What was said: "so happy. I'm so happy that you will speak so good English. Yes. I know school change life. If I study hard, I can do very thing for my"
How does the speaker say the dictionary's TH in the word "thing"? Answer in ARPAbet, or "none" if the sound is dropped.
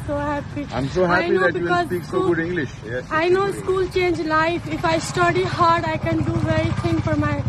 T